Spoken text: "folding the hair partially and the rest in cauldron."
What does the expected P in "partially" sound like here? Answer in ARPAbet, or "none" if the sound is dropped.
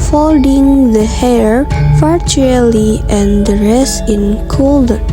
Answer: F